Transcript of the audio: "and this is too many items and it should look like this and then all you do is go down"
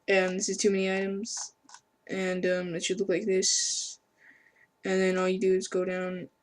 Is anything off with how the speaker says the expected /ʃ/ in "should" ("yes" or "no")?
yes